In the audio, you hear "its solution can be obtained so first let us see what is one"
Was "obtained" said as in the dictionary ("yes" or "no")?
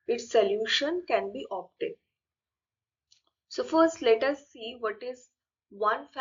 no